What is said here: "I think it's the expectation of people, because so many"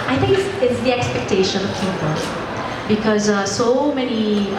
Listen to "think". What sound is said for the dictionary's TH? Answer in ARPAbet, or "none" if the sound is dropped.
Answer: T